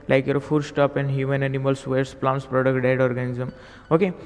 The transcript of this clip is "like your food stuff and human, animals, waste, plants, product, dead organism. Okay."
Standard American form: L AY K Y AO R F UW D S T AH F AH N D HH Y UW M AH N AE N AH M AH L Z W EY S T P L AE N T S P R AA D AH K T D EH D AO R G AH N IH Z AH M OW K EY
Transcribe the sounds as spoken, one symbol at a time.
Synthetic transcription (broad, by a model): L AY K Y AO R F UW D S T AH P AH N D HH Y UW M AH N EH N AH M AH L S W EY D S P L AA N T S P R AA D AH K T D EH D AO R G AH N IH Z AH M OW K EY